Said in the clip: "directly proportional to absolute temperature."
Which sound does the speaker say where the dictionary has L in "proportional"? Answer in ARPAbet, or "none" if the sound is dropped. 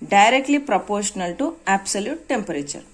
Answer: L